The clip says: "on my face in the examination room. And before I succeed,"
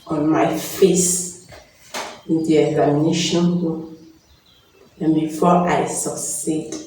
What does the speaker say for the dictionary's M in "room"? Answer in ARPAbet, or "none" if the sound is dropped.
none